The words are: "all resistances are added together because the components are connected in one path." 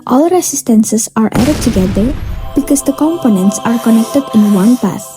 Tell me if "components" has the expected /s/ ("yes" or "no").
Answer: yes